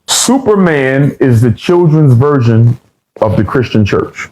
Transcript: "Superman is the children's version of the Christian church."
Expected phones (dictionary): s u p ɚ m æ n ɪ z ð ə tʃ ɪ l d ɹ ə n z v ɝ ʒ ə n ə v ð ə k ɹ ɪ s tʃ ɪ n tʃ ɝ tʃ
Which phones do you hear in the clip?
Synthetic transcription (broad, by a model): s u p ɚ m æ n ɪ z ð ə tʃ ɪ l d ɹ ə n z v ɝ ʒ ə n ə v ð ə k ɹ ɪ s tʃ ɪ n tʃ ɝ tʃ